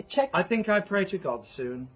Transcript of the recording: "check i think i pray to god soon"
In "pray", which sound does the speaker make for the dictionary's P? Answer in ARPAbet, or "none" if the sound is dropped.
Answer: P